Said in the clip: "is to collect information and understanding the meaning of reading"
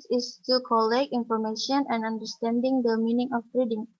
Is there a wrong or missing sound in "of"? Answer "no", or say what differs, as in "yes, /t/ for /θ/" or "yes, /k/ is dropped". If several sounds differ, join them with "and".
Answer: yes, /p/ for /v/